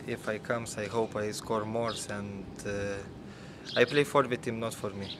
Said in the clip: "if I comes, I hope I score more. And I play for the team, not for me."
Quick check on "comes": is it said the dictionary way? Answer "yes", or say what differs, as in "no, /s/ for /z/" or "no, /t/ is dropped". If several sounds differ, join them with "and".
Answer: no, /s/ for /z/